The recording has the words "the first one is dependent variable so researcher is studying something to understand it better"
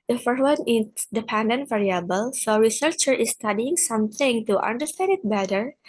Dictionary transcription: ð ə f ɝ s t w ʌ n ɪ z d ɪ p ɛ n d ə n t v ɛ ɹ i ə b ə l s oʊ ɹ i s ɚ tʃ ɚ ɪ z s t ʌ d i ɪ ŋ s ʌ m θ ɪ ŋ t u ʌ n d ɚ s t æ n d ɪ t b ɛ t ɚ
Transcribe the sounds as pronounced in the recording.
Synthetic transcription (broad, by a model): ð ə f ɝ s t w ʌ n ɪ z d ɪ p ɛ n d ə n t v ɛ ɹ i ə b ə l s oʊ ɹ i s ɚ tʃ ɚ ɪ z s t ʌ d i ɪ ŋ s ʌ m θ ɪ ŋ t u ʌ n d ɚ s t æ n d ɪ t b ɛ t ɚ